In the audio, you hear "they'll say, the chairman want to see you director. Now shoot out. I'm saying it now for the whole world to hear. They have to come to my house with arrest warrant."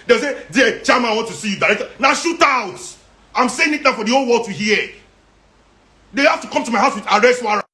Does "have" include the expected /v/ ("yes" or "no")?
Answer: no